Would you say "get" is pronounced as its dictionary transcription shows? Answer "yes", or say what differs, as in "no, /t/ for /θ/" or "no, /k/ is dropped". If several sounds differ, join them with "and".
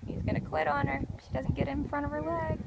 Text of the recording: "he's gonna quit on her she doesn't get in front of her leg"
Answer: yes